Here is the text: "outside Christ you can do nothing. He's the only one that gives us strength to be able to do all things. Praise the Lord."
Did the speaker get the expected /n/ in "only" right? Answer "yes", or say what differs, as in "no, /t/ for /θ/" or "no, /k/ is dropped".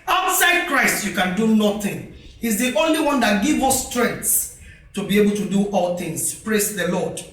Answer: yes